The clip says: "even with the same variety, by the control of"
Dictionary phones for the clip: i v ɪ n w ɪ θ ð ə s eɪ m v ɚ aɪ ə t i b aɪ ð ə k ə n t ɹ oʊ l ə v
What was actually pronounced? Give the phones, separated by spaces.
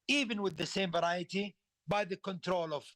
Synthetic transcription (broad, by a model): i v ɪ n w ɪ ð ə s eɪ m v ɚ aɪ ə t i b aɪ ð ə k ə n t ɹ oʊ l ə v